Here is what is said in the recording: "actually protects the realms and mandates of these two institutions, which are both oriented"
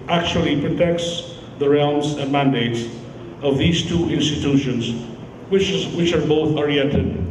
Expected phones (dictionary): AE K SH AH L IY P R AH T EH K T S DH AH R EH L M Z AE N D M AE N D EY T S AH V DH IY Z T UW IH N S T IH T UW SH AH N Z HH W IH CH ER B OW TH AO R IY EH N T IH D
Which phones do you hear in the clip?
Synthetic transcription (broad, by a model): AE K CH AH L IY P R AH T EH K T S DH AH R EH L M Z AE N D M AE N D EY T S AH V DH IY Z T UW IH N S T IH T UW SH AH N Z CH W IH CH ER B OW TH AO R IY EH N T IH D